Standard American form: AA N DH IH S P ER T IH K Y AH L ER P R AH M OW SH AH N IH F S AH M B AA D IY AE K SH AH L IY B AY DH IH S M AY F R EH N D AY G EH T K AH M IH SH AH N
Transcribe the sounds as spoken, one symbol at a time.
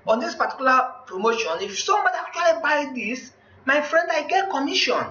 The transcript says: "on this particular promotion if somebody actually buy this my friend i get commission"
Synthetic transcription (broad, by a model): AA N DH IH S P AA T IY K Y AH L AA P R AH M OW SH AH N IH F S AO M AA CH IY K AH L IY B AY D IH S M AY F R EH N D AY G EH T K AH M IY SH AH N